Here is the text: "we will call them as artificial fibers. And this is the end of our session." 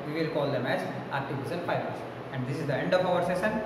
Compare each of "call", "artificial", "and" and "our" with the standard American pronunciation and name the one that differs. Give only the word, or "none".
artificial